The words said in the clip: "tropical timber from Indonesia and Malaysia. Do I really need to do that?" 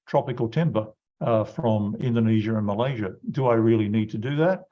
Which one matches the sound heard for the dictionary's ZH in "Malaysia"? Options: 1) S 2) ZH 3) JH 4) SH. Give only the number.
2